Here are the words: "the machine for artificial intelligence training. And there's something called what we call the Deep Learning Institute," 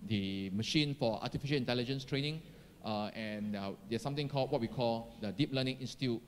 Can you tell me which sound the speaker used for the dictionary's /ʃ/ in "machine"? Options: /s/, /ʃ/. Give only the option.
/ʃ/